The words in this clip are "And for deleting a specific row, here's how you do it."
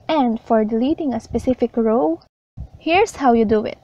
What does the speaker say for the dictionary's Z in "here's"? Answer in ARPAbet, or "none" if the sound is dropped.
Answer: S